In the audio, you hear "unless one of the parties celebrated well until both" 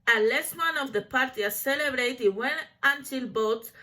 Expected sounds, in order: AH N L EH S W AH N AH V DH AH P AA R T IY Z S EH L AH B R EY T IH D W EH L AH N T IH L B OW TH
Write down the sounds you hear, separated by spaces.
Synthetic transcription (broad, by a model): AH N L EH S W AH N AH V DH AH P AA R T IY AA S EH L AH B R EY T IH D W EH N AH N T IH L B OW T